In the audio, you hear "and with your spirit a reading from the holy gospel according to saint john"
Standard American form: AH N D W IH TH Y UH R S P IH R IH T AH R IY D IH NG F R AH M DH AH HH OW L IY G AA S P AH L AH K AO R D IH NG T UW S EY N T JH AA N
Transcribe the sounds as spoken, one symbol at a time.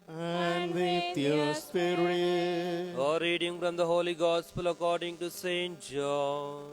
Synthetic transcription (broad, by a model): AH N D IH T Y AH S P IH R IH AH R IY D IH NG F R AH M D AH HH OW L IY G AA S P AH L AH K AO R D IH NG T UW S EY N T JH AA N